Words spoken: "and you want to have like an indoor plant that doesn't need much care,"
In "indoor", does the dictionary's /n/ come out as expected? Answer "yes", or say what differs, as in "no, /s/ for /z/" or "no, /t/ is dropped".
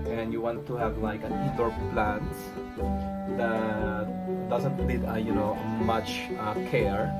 no, /n/ is dropped